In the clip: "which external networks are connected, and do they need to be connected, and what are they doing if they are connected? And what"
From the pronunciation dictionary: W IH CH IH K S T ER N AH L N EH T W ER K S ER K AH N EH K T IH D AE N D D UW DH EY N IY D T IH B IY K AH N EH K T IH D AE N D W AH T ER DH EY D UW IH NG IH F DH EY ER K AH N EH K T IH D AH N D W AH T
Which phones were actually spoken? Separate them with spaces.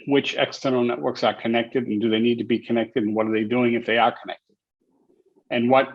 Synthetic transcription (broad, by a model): W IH CH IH K S T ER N L N EH T W ER K S ER K AH N EH K T IH D N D D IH DH EY N IY D T IH B IY K AH N EH K T IH D N W AH T ER DH EY D UW IH NG IH F DH EY ER K AH N EH K T IH D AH N W AH T